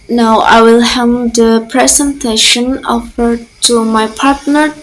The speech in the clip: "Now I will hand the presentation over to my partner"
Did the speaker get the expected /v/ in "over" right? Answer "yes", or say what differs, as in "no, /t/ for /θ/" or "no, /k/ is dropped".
no, /f/ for /v/